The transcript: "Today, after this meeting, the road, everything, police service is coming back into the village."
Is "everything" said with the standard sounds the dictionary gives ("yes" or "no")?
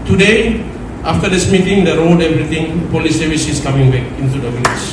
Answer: no